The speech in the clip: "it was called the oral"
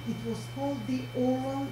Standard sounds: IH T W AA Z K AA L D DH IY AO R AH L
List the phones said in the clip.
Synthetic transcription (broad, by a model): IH T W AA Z K AA L D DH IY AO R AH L